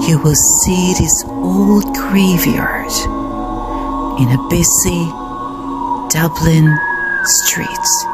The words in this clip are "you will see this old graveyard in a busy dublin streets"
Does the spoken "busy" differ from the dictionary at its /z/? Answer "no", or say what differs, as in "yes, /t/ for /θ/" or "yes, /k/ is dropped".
yes, /s/ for /z/